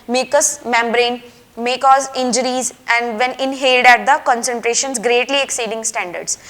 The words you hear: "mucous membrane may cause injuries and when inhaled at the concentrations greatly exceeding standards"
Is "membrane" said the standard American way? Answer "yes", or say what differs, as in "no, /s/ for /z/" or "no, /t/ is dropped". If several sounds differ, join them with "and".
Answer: yes